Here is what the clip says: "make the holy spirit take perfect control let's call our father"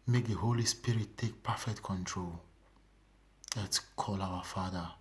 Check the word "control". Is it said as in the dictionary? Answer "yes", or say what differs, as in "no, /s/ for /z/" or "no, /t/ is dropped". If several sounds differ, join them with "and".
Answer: yes